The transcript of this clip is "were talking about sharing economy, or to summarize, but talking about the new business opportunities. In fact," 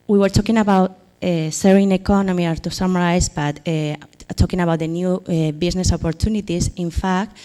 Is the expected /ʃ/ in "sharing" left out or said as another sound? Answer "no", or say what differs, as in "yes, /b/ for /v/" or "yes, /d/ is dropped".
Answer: yes, /s/ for /ʃ/